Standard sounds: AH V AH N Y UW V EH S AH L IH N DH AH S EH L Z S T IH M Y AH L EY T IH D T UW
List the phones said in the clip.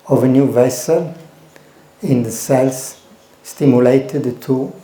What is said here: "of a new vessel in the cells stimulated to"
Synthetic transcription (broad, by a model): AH V AH N Y UW V EH S AH L IH N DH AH S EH L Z S T IH M Y AH L EY T IH D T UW